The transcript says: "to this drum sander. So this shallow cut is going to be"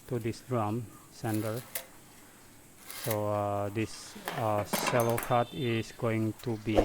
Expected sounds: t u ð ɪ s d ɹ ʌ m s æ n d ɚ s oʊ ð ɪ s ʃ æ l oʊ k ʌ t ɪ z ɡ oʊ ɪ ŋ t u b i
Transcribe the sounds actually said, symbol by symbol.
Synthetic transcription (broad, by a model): t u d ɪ s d ɹ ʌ m s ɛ n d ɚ s oʊ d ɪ s s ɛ l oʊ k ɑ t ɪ s ɡ oʊ ɪ ŋ t u b i